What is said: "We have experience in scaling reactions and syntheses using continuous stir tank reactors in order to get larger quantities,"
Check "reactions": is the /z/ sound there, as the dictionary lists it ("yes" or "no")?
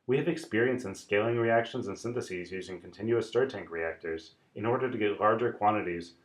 yes